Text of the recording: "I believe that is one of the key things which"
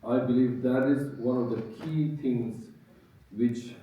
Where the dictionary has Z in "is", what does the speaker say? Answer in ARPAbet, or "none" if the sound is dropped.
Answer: Z